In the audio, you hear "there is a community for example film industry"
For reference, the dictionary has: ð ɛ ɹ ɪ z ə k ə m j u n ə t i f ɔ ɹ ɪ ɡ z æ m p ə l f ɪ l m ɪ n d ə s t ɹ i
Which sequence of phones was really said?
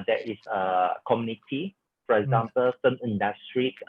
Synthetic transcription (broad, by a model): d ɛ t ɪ s ə k ə m j u n ə t i f ɔ ɹ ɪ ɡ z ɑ m p ə l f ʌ m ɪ n d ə s t ɹ i